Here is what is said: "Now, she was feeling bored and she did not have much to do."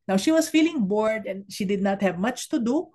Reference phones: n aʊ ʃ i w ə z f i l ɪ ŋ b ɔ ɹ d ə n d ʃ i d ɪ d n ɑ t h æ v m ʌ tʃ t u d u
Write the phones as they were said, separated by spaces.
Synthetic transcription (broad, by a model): n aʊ ʃ i w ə s f i l ɪ ŋ b ɔ ɹ d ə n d ʃ i d ɪ d n ɑ t h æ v m ʌ tʃ t u d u